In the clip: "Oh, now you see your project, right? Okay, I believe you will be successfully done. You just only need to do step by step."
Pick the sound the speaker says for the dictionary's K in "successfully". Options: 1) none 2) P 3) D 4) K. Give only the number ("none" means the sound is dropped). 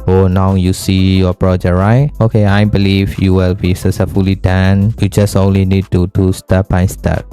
1